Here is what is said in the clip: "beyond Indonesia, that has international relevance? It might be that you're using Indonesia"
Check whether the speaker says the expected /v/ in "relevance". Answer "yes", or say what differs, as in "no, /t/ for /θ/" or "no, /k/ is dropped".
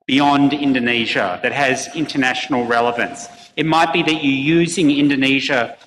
yes